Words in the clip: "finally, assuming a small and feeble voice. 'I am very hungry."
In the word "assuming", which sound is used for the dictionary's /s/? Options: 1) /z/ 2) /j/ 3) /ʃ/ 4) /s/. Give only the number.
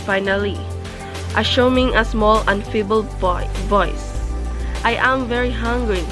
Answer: 3